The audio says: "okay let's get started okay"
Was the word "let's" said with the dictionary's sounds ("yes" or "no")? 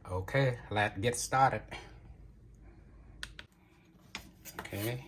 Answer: no